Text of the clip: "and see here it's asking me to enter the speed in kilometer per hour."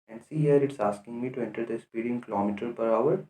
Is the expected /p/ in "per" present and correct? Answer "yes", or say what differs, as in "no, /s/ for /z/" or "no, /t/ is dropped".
yes